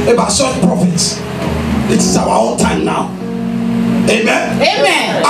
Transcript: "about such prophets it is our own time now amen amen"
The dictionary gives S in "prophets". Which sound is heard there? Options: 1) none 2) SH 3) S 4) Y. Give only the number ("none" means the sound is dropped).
3